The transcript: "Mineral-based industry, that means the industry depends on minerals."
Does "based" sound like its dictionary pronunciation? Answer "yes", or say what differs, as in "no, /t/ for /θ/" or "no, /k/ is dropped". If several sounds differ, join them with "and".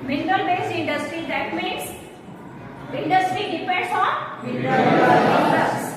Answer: no, /t/ is dropped